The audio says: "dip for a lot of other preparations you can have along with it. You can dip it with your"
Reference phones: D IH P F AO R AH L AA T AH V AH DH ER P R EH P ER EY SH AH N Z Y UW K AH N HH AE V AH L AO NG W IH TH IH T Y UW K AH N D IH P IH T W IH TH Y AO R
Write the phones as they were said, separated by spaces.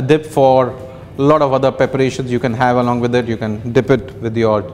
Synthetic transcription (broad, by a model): D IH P F AO R L AA T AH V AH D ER P R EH P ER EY SH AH N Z Y UW K AH N HH AE V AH L AO NG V IH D IH T Y UW K AH N D IH P IH T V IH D Y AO R